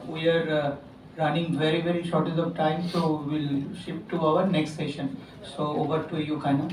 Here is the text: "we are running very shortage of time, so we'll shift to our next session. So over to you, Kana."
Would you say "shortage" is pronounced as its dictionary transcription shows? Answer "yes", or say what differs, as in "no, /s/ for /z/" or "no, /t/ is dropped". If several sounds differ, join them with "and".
no, /z/ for /dʒ/